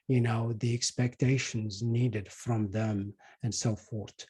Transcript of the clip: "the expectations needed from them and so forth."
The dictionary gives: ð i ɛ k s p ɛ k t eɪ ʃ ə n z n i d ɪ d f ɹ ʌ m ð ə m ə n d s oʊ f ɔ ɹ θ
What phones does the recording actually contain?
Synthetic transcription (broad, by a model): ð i ɛ k s p ɛ k t eɪ ʃ ə n z n i d ɪ d f ɹ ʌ m ð ə m ə n d s oʊ f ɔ ɹ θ